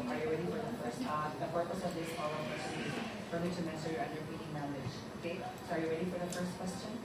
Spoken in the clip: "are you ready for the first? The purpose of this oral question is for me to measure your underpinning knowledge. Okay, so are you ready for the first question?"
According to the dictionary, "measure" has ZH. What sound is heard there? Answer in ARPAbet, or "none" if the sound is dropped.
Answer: S